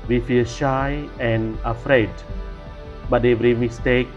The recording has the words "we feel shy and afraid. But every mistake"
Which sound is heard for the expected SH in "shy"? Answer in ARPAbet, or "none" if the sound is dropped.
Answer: SH